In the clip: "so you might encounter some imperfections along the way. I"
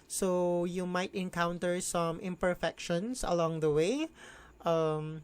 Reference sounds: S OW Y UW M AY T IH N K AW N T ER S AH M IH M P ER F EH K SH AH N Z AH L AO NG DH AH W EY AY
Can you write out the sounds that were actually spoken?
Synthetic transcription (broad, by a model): S OW Y UW M AY T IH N K AW N T ER S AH M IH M P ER F EH K SH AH N S AH L AO NG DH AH W EY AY